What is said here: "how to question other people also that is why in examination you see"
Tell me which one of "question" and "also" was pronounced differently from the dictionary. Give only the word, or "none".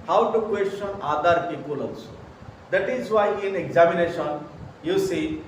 also